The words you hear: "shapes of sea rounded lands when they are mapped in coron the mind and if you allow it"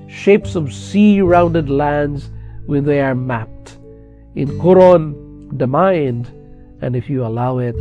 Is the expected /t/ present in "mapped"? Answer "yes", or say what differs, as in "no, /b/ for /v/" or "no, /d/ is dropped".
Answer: yes